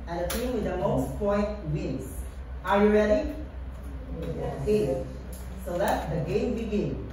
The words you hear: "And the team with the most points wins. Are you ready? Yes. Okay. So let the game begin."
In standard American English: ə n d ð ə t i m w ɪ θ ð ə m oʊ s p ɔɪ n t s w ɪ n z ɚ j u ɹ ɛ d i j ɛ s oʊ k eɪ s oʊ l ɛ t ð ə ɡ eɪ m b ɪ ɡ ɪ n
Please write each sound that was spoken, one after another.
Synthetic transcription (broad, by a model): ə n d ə t i m w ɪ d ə m oʊ s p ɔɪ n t w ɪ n s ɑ j u ɹ ɛ d i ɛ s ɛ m s oʊ l ɛ t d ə ɡ eɪ m b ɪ ɡ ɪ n